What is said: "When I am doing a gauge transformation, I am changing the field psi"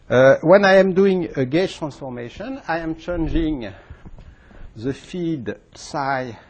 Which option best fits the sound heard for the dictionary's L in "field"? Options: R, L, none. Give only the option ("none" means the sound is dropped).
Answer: none